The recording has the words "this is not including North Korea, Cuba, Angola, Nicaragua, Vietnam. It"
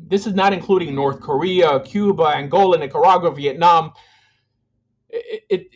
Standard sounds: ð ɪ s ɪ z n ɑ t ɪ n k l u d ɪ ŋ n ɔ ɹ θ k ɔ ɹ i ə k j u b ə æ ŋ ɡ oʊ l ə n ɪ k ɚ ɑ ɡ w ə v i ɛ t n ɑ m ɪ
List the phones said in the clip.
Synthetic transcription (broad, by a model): ð ɪ s ɪ z n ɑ t ɪ n k l u d ɪ ŋ n ɔ ɹ θ k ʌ ɹ i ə k j u b ə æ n ɡ oʊ l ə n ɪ k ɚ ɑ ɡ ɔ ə v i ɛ t n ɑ m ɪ